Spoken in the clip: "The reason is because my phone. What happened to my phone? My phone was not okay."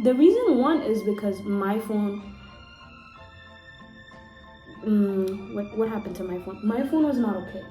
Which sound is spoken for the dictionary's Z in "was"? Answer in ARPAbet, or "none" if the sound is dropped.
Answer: Z